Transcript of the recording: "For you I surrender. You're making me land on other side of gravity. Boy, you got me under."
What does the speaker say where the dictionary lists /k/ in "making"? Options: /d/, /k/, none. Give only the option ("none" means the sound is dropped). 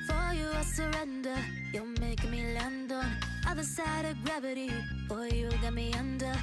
none